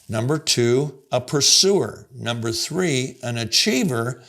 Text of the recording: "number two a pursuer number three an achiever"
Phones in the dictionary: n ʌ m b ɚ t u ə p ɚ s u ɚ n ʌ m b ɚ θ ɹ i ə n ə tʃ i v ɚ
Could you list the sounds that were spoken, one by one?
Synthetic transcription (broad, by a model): n ʌ m b ɚ t u ə p ɚ s u ɚ n ʌ m b ɚ θ ɹ i ə n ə tʃ i v ɚ